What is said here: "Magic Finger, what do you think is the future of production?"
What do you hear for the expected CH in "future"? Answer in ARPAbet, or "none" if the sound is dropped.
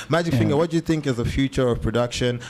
CH